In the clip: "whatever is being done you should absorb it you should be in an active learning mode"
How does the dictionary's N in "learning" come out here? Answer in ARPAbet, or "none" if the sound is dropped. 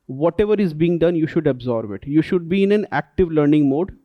N